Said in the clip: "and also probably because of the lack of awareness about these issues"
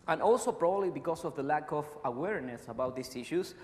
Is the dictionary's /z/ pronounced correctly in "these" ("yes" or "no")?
no